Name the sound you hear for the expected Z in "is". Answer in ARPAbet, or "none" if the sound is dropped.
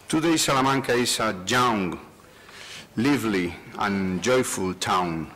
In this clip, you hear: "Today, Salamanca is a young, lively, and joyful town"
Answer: S